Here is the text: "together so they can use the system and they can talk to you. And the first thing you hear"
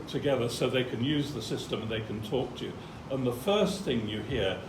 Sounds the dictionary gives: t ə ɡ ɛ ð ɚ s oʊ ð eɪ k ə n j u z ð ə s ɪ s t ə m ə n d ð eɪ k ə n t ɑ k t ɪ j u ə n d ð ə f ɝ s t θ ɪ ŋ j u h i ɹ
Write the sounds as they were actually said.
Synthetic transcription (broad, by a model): t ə ɡ ɛ ð ɚ s oʊ ð eɪ k ə n j u z ð ə s ɪ s t ə m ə n ð eɪ k ə n t ɑ k t ɪ j u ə n ð ə f ɝ s θ ɪ ŋ j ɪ h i ɹ